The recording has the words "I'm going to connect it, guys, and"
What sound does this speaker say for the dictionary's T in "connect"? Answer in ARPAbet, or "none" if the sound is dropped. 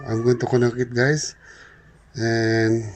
none